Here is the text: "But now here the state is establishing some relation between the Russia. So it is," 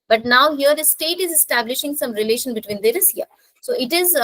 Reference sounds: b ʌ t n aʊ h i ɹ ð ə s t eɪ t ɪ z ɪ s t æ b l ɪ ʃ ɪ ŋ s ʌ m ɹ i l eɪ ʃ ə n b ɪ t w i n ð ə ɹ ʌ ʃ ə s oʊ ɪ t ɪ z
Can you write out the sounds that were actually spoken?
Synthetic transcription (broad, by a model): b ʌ t n aʊ h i ɹ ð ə s t eɪ t ɪ z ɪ s t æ b l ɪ ʃ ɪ ŋ s ʌ m ɹ i l eɪ ʃ ə n b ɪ t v i n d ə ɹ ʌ s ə s oʊ ɪ t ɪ z